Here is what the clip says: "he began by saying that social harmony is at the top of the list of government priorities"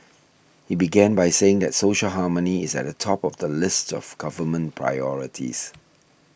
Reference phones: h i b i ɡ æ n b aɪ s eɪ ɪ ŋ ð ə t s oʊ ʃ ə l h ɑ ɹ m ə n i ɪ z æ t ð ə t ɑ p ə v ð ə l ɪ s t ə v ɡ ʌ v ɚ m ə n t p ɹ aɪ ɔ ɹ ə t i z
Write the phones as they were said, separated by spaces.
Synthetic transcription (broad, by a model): h i b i ɡ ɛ n b aɪ s eɪ ɪ ŋ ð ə t s oʊ ʃ ə l h ɑ m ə n i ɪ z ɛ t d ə t ɑ p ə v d ə l ɪ s t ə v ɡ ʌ v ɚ m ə n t p ɹ aɪ ɔ ɹ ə t i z